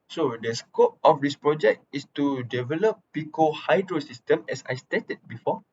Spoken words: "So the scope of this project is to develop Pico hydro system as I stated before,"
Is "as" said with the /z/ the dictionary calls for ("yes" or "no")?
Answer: no